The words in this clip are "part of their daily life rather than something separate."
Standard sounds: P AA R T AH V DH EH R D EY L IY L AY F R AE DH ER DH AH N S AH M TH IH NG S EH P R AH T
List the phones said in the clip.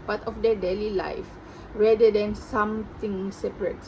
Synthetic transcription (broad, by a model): P AA T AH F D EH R D EY L IY L AY F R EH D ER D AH N S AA M T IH NG S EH P R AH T